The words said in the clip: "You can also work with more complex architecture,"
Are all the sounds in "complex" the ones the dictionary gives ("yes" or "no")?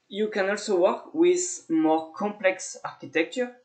yes